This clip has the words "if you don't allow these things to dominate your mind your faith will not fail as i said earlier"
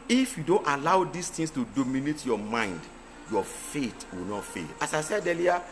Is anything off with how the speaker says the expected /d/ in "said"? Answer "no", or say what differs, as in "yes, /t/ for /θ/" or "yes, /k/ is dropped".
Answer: no